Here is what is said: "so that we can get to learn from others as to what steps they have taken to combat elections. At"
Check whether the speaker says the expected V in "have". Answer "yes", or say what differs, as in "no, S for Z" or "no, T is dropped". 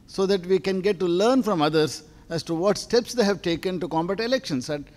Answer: yes